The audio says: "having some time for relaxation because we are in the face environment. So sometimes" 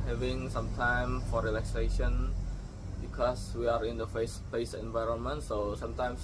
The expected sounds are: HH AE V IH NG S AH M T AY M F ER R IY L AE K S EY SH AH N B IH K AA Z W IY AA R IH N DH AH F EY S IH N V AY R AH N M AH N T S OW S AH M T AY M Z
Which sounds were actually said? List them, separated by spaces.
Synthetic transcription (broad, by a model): HH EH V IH NG S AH M T AY M F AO R IY L AE K S EY SH AH N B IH K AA S W IY AA R IH N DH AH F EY S IH N V AY R AH N M AH N T S OW S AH M T AY M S